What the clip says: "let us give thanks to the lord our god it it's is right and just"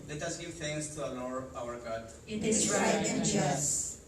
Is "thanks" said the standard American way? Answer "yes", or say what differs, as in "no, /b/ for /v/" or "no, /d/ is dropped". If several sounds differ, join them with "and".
no, /t/ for /θ/